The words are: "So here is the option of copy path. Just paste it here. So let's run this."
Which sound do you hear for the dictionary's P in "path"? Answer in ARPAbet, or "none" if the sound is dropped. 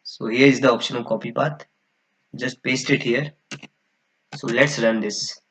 B